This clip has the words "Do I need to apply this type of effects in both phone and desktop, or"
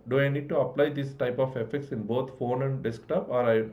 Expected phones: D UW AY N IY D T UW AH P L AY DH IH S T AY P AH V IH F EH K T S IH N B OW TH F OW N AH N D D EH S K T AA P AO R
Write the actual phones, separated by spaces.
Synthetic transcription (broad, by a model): D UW AY N IY D T UW AH P L AY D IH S T AY P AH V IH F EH K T S IH N B OW T F OW N AH N D D EH S K T AA P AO R